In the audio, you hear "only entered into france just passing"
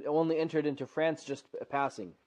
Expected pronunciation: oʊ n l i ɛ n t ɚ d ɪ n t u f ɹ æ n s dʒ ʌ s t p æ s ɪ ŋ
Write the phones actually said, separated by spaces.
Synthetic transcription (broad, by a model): oʊ n l i ɛ n t ɚ d ɪ n t u f ɹ æ n s dʒ ʌ s t p æ s ɪ ŋ